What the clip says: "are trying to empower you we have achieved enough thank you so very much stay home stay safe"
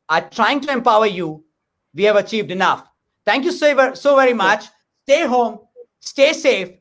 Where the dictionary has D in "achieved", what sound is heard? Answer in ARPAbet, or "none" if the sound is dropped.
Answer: D